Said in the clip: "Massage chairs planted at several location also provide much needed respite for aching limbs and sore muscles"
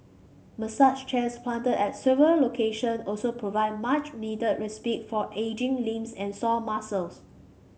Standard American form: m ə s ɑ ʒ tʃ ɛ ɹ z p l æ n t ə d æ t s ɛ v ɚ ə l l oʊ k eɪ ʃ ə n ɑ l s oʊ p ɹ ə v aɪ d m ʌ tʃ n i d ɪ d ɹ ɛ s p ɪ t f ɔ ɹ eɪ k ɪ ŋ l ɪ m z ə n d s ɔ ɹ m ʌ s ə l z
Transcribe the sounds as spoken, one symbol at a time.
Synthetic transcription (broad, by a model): m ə s ɑ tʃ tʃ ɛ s p l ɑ n t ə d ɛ t s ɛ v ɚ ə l l oʊ k eɪ ʃ ə n ɑ l s oʊ p ɹ ə v aɪ d m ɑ tʃ n i d ɪ d ɹ ɛ s p ɪ t f ɔ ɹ eɪ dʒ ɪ ŋ l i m s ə n s ɔ l m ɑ s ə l s